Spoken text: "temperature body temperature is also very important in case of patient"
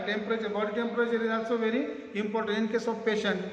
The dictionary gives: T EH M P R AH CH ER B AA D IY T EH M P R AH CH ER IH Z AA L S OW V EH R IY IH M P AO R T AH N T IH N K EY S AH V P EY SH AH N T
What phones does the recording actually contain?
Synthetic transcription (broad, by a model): T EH M P R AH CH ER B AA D T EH M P R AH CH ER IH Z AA S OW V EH R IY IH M P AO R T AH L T IH N K EY S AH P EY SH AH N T